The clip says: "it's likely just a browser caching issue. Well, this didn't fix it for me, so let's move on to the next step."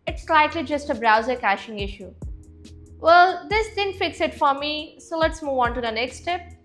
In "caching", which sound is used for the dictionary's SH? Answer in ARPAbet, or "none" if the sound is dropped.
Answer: SH